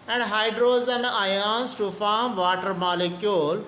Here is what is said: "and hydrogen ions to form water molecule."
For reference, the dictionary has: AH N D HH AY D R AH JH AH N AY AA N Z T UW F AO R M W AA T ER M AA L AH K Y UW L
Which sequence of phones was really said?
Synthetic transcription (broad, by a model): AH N D HH AY D R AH Z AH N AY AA N S T UW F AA R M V AA T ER M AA L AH K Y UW L